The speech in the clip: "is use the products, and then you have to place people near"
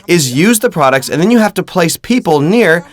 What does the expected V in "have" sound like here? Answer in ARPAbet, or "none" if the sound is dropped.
F